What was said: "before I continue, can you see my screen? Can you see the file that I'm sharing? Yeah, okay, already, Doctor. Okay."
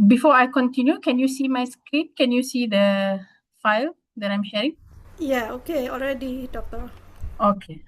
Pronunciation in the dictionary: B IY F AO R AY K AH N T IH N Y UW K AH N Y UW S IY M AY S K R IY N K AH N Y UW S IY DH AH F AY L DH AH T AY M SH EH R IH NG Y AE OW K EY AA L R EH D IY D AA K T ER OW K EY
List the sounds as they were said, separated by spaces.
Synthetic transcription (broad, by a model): B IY F AO AY K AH N T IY N Y UW K AH N Y UW S IY M AY S K R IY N K AH N Y UW S IY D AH F AY L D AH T AY M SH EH R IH NG Y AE OW K EY AA L R EH D IY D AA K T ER OW K EY